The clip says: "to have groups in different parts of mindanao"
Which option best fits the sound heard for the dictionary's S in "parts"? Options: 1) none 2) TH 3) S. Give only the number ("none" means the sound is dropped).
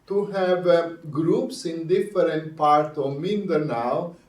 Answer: 1